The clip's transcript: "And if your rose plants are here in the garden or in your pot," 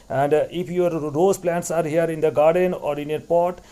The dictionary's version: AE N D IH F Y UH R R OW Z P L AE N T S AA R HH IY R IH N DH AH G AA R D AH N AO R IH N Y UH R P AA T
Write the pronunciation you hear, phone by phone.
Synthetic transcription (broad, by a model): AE N D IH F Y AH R R OW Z P L AE N T S AA R HH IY R IH N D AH G AA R D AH N AO R IH N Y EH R P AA T